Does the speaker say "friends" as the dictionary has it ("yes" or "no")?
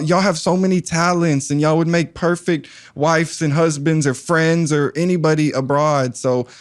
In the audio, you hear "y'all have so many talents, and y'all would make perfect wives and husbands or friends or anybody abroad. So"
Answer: yes